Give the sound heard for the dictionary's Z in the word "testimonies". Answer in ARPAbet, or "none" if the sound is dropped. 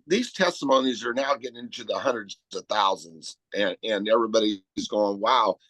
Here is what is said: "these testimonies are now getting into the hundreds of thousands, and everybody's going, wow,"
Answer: Z